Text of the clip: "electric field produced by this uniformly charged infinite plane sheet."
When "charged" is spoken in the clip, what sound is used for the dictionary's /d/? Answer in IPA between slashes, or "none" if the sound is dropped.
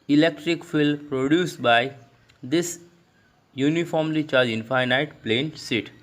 none